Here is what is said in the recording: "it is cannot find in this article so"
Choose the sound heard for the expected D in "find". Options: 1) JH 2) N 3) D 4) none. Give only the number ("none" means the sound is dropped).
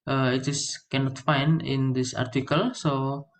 4